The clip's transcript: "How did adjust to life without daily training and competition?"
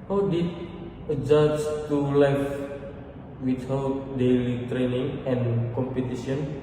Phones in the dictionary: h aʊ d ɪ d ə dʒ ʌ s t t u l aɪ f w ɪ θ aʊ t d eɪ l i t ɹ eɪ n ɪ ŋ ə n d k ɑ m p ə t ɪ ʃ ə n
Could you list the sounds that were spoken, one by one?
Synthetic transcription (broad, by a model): h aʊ d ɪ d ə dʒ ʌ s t t u l aɪ f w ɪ t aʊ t d eɪ l i t ɹ eɪ n ɪ ŋ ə n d k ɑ m p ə t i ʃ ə n